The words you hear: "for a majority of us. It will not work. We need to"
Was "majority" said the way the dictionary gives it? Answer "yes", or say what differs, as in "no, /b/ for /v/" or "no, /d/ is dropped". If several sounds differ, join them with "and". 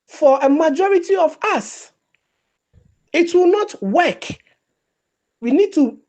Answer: yes